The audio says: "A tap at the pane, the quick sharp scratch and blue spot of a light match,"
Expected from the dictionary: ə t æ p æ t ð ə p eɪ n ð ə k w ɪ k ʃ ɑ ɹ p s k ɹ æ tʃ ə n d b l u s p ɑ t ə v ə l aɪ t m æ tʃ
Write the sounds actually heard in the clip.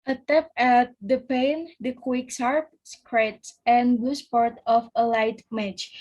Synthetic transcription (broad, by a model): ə t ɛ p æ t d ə p eɪ n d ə k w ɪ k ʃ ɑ ɹ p s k ɹ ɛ s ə n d b l u s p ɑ t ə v ə l aɪ t m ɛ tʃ